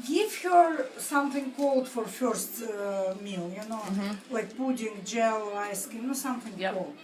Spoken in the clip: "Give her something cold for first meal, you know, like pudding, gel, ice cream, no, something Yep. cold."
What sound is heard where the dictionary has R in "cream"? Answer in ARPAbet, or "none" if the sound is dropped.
none